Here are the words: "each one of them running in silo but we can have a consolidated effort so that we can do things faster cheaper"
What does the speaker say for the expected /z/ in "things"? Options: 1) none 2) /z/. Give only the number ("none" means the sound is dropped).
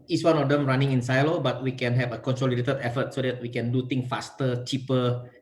1